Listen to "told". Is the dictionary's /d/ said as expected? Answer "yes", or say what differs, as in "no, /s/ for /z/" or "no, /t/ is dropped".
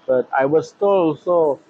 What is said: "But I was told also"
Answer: no, /d/ is dropped